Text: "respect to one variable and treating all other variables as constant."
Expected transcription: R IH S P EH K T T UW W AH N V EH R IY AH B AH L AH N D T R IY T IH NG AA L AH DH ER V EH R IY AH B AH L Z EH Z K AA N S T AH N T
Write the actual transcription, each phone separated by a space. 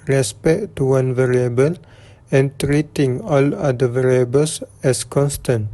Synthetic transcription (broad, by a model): R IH S P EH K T T UW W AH N V EH R IY AH B AH L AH N T R IY T IH NG AA L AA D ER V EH R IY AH B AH L S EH S K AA N S T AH N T